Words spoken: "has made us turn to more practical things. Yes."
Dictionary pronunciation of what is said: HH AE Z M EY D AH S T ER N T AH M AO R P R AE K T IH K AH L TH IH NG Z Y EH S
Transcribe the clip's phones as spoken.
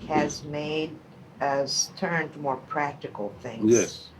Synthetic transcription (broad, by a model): HH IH Z M EY D AH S T ER N T AH M AO R P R AE K T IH K L TH IH NG Y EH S